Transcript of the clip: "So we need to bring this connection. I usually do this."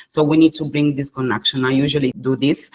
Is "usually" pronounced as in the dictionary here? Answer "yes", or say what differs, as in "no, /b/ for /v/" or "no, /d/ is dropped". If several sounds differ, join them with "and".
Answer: yes